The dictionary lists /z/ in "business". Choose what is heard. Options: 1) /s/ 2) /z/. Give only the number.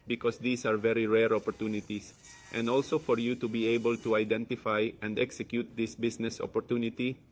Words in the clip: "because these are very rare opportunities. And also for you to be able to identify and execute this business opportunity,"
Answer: 1